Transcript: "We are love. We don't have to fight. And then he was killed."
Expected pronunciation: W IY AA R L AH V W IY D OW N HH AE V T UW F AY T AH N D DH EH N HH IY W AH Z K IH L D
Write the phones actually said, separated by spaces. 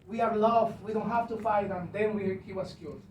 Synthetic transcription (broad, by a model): W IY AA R L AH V W IY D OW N HH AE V T UW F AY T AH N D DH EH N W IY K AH S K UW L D